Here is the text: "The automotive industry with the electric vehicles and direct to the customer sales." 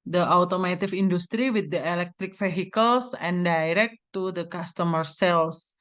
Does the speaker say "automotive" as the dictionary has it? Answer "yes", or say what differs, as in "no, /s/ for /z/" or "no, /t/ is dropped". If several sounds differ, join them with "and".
no, /f/ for /v/